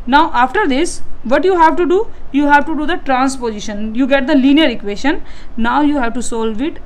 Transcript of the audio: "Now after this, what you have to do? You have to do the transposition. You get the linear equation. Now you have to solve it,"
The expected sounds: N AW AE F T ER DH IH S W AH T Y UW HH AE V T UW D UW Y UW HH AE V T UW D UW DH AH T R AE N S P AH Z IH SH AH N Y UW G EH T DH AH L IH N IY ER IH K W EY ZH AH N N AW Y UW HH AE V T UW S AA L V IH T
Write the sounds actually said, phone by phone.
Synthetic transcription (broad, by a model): N AW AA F T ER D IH S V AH T Y UW HH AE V T UW D UW Y UW HH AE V T UW D UW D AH T R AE N S P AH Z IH SH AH N Y UW G EH T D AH L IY N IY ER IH K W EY SH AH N N AW Y UW HH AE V T UW S AA L V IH T